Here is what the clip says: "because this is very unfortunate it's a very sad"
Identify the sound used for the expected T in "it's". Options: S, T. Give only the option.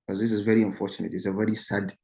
T